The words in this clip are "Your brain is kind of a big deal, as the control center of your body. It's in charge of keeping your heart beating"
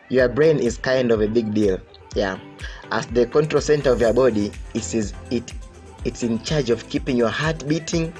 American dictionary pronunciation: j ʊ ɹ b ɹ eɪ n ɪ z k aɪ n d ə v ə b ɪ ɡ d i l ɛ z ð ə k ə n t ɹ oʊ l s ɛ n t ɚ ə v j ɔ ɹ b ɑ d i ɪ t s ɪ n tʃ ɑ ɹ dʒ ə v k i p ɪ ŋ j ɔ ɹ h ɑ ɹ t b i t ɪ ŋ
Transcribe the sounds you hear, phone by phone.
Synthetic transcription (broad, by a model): j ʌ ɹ b ɹ eɪ n ɪ z k aɪ n d ə v ə b ɪ ɡ d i l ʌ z ð ə k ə n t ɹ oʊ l s ɛ n t ɚ ə v j ɔ ɹ b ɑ d i ɪ t s ɪ n tʃ ɑ ɹ dʒ ə v k i p ɪ ŋ j ɔ ɹ h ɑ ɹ t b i t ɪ ŋ